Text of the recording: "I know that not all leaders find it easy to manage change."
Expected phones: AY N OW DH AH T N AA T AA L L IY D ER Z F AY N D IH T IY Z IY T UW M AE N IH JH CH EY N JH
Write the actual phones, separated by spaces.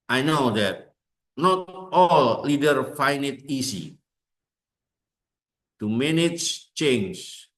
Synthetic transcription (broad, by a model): AY N OW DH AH T N AA T AA L L IY D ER F AY N D IH T IY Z IY T UW M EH N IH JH CH EY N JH